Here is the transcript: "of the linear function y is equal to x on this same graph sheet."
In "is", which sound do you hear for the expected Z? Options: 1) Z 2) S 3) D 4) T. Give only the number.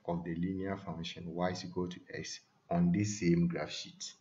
2